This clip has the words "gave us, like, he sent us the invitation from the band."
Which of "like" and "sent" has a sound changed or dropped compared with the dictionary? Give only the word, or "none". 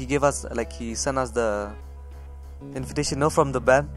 sent